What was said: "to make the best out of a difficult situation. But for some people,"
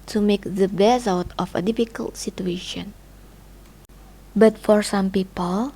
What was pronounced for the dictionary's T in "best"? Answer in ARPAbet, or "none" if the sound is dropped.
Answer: none